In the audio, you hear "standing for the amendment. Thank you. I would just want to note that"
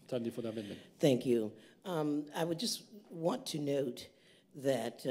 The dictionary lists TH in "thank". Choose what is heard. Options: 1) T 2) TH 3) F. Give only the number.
2